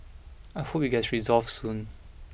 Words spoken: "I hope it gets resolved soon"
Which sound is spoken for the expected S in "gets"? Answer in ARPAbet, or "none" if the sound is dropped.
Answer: none